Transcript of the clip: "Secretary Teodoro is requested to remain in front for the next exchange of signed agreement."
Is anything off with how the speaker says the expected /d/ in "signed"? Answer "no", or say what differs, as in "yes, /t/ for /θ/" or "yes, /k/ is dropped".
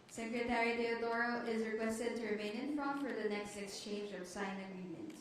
yes, /d/ is dropped